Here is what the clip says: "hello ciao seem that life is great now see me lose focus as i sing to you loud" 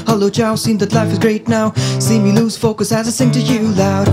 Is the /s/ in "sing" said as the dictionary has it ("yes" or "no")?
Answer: no